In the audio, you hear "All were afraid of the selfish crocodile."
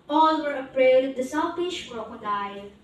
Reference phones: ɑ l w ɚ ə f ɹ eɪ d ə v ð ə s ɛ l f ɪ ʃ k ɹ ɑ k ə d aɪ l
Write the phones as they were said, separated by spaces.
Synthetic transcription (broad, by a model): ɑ l w ɚ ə p ɹ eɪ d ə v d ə s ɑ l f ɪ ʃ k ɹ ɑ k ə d aɪ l